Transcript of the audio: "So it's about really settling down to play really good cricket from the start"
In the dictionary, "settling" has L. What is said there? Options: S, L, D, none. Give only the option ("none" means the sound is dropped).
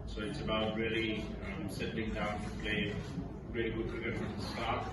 none